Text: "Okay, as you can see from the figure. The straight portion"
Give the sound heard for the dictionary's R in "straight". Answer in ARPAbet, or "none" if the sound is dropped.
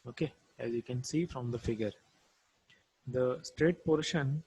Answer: R